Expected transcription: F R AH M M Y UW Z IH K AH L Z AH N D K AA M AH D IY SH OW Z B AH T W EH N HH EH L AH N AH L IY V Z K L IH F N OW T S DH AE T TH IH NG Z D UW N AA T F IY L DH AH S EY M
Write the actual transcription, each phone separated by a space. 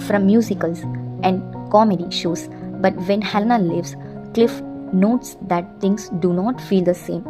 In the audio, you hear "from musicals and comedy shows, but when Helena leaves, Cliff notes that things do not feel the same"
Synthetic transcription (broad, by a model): F R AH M M Y UW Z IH K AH L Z AH N D K AA M AH D IY SH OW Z B AH T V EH N HH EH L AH N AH L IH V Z K L IH F N OW T S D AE T T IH NG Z D UW N AA T F IY L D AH S EY M